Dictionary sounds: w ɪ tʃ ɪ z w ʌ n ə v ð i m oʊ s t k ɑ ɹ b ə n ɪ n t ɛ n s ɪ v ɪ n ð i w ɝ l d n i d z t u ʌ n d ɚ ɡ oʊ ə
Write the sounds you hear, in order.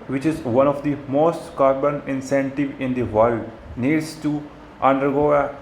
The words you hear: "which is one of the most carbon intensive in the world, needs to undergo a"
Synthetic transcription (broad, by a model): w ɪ tʃ ɪ z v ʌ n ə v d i m oʊ s t k ɑ ɹ b ə n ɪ n s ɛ n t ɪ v ɪ n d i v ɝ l d n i d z t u ʌ n d ɚ ɡ oʊ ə